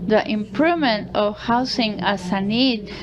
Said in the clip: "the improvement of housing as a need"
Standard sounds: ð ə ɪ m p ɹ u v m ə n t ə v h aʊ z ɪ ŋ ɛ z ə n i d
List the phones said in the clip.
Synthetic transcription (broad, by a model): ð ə ɪ m p ɹ u v m ə n t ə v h aʊ s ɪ ŋ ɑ s ə n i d